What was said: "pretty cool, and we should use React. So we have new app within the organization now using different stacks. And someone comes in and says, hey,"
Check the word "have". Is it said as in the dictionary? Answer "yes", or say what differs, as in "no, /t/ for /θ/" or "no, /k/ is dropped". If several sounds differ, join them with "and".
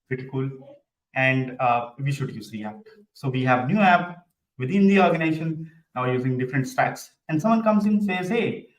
yes